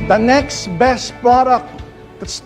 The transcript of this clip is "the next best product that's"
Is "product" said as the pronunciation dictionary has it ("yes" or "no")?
no